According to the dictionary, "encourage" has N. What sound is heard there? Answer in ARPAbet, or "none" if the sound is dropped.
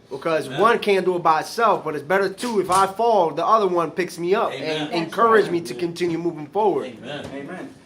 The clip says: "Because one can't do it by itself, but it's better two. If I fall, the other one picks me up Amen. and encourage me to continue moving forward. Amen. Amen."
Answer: N